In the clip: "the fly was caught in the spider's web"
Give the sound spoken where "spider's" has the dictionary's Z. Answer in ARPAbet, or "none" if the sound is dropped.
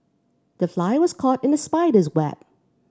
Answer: Z